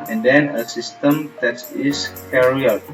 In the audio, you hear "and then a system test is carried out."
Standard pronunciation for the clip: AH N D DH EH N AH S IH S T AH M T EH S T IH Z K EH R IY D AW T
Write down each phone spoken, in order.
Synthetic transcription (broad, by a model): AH N D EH N AH S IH S T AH M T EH T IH S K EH R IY AW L